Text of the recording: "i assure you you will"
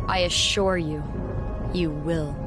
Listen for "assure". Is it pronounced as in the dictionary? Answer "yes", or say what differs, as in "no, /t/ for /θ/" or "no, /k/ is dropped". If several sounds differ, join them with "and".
yes